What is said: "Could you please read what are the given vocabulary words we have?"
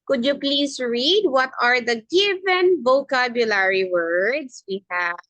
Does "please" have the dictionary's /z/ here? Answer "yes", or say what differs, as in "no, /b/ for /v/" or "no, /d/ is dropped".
no, /s/ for /z/